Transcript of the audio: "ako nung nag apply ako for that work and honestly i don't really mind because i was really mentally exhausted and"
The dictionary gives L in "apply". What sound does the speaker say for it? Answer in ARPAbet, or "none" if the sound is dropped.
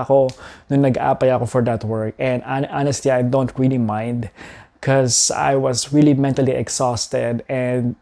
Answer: none